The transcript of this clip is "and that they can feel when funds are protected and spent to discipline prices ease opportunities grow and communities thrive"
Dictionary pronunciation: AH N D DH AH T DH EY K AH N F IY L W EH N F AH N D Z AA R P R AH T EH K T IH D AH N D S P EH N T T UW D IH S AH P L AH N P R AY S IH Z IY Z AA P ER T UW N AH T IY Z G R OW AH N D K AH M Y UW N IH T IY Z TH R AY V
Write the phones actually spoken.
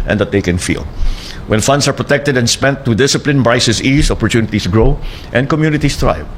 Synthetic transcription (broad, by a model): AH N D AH T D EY K AH N F IY L W EH N F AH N D S AA R P R AH T EH K T IH D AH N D S P EH N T T UW D IH S AH P L AH N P R AY S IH S IY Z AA P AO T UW N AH T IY S G R OW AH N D K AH M Y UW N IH T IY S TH R AY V